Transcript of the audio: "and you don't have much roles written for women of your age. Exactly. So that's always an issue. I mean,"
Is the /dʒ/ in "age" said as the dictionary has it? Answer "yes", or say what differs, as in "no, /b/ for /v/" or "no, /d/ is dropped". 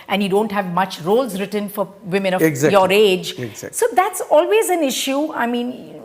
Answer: yes